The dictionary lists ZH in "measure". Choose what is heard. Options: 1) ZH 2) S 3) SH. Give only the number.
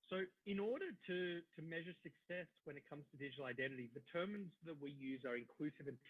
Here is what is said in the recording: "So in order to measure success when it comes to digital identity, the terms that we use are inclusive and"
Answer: 1